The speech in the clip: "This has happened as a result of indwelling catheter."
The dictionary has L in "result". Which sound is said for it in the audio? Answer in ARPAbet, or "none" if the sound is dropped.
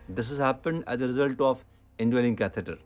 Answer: L